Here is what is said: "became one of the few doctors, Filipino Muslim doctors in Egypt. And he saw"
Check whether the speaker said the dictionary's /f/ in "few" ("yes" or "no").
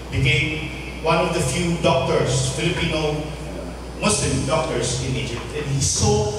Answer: yes